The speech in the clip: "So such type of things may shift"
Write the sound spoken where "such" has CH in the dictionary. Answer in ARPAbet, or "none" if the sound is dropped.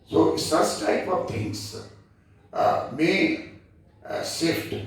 S